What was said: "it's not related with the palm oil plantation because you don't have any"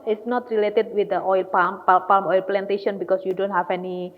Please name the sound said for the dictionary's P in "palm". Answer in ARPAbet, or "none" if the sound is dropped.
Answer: P